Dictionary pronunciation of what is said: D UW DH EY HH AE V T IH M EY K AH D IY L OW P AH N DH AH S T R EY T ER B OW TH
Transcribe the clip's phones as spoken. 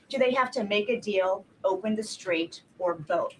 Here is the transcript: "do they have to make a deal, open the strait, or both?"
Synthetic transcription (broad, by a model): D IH DH EY HH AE F T IH M EY K AH D IY L OW P AH N DH AH S T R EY T ER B OW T